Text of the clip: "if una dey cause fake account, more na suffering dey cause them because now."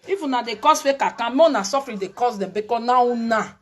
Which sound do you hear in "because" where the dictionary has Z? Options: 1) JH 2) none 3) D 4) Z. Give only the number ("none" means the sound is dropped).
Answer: 2